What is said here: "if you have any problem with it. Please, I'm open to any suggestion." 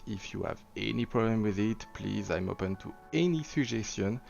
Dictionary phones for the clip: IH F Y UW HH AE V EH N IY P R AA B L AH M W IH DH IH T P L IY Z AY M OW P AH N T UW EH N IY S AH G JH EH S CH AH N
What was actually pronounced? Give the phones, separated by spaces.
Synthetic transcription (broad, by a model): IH F Y UW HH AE V EH N IY P R AA B L AH M W IH DH IH T P L IY Z AY M OW P AH N T UW EH N IY S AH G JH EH S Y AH N